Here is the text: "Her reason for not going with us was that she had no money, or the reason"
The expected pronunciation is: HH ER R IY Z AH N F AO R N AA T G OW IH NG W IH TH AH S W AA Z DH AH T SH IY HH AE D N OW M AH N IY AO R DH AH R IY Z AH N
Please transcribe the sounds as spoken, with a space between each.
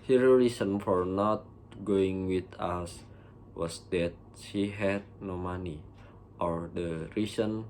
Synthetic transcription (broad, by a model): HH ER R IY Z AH N F AO R N AA T G OW IH NG W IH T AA S W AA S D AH T SH IY HH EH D N OW M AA N IY AO R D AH R IY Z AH N